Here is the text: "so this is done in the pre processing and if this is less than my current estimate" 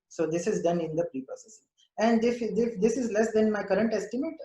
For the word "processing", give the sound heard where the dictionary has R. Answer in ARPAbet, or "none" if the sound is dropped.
none